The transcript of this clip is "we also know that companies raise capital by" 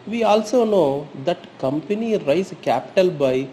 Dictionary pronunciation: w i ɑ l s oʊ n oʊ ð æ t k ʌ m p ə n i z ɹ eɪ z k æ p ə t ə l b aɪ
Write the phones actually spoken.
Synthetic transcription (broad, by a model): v i ɑ l s oʊ n oʊ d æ t k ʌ m p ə n i ɹ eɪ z k æ p ə t ə l b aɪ